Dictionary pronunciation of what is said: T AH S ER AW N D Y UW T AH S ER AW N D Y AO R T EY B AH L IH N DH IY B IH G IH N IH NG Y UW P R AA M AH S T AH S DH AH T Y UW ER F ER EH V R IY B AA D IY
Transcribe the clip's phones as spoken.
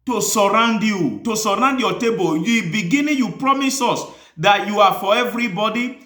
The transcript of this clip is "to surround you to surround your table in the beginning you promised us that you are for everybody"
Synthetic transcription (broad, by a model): T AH S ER AW N D Y UW T AH S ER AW N D Y AO T EY B AH L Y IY B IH G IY N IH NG Y UW P R AA M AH S AO S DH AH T Y UW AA F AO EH V R IY B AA D IY